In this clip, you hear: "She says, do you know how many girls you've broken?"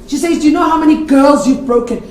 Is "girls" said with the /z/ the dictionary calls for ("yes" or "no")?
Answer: yes